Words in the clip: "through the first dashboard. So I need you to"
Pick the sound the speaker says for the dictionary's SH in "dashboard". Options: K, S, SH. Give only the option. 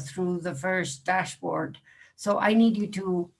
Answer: SH